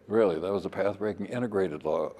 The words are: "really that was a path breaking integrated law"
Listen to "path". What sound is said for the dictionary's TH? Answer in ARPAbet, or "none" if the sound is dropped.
TH